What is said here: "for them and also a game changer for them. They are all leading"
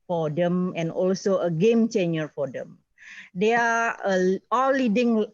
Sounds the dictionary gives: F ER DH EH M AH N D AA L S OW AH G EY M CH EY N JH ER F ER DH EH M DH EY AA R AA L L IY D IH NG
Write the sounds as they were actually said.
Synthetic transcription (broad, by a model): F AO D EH M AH N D AA L S OW AH G EY M CH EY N ER F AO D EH M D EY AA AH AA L L IY D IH NG